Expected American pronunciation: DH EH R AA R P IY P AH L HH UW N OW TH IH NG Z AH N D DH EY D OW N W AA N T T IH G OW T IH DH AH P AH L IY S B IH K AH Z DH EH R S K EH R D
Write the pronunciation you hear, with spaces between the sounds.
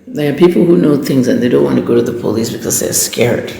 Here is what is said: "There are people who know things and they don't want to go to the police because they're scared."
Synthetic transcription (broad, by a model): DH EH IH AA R P IY P L HH UW N OW TH IH NG Z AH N DH EY D OW N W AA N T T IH G OW T IH DH AH P AH L IY S B IH K AH Z DH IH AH S K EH R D